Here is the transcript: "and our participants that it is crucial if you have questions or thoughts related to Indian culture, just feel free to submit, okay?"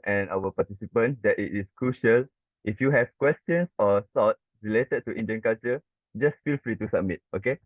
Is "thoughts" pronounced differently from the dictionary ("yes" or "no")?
yes